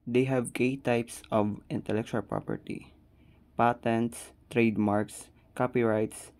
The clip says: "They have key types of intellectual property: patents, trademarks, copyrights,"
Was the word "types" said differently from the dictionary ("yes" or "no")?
no